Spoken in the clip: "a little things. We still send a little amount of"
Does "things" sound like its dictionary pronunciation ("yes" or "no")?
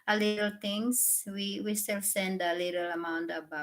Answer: no